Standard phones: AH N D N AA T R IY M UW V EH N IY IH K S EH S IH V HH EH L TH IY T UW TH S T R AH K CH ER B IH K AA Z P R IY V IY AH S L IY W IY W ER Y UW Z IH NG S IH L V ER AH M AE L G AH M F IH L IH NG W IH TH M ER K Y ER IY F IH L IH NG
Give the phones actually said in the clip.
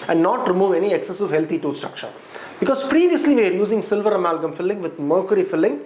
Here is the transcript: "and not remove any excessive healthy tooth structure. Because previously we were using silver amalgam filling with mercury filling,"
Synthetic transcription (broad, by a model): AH N D N AA T R IY M UW V EH N IY IH K S EH S IH V HH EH L T IY T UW S T R AH K CH ER B IH K AA Z P R IY V IY AH S L IY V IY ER Y UW Z IH NG S IH L V ER AH M AE L G AH M F IH L IH NG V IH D M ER K Y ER IY F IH L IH NG